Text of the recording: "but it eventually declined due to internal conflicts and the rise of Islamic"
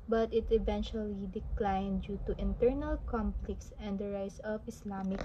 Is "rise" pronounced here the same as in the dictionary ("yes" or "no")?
no